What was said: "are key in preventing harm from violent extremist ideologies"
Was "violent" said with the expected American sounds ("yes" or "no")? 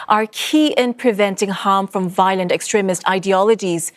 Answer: yes